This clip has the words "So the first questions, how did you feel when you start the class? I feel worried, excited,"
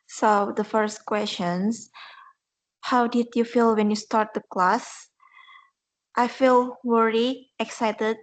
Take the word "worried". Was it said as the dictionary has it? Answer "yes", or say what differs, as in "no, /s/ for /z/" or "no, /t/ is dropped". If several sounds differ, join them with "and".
no, /d/ is dropped